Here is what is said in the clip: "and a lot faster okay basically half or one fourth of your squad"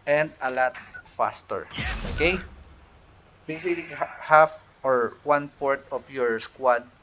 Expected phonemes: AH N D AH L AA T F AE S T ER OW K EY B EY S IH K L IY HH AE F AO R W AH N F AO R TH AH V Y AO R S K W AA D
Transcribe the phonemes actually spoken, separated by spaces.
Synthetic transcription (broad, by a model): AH N D AH L AA T F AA S T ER OW K EY B EY S IH K L IY HH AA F AO R W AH N P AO R T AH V Y AO R S K W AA D